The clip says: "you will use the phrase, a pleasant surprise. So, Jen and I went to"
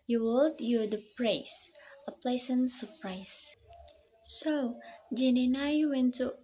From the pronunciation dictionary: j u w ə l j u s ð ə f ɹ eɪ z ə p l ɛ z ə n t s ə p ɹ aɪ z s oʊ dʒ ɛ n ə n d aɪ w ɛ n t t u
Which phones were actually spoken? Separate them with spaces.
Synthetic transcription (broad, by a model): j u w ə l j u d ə p ɹ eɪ s ə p l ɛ s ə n s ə p ɹ aɪ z s oʊ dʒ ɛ n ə n aɪ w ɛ n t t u